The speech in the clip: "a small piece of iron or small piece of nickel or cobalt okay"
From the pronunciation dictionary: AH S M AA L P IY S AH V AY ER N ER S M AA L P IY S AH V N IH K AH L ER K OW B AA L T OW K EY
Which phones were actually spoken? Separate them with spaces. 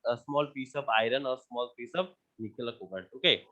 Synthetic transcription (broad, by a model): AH S M AA L P IY S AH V AY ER N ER S M AA L P IY S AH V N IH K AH L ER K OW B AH T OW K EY